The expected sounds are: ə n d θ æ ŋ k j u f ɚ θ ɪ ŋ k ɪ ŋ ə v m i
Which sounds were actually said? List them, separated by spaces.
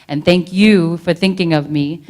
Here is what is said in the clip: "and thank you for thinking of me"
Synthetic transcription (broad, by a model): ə n θ æ ŋ k j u f ɚ θ ɪ ŋ k ɪ ŋ ə v m i